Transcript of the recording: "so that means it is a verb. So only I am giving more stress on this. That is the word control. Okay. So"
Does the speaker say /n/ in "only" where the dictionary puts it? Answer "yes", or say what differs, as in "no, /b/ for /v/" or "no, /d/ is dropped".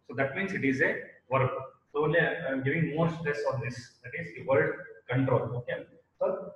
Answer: no, /n/ is dropped